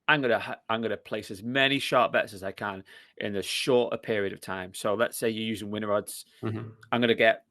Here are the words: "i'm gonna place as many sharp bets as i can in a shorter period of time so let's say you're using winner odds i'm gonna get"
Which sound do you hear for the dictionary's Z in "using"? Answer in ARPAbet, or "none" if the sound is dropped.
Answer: Z